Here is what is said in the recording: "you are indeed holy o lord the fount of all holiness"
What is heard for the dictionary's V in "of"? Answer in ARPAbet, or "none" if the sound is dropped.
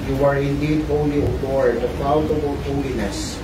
B